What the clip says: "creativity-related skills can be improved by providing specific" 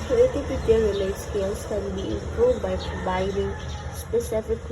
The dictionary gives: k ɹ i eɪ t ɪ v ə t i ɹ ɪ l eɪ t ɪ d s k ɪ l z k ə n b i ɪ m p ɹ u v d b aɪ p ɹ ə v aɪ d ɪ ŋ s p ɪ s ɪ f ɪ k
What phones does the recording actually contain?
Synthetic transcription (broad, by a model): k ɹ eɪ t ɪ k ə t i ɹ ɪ l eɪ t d s k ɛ l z k ə n b i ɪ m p ɹ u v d b aɪ p ɹ ə v aɪ d ɪ ŋ s p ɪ s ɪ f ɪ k